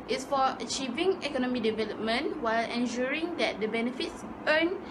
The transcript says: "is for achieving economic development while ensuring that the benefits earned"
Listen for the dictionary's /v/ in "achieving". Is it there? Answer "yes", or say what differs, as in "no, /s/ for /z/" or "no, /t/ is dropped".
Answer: yes